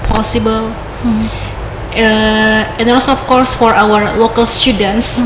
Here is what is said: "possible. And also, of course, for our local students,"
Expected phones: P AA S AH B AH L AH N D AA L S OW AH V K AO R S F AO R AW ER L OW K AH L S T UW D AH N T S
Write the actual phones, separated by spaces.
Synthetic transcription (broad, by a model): P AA S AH B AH L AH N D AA S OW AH F K AO R S F AO R AW ER L OW K AH L S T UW D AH N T S